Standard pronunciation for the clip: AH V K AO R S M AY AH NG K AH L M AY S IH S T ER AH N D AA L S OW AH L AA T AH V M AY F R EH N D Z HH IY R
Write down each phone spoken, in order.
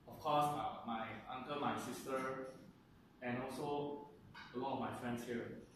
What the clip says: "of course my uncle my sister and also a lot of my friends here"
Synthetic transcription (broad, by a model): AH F K AO S M AY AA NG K AH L M AY S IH S T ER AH N AA L S OW AH L AA T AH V M AY F R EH N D S HH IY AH